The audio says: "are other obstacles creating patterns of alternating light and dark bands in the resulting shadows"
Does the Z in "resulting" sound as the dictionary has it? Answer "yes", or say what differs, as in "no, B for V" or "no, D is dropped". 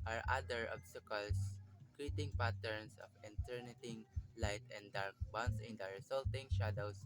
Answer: no, S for Z